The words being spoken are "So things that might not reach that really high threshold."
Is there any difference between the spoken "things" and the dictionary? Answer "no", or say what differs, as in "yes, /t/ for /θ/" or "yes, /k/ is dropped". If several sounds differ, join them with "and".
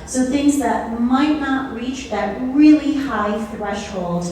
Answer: no